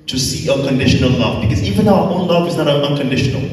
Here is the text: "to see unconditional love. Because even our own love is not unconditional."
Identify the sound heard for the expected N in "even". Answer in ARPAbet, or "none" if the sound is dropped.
N